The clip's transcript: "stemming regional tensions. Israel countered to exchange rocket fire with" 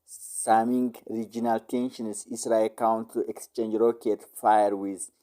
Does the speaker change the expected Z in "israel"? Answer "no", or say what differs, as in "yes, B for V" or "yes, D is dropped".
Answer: yes, S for Z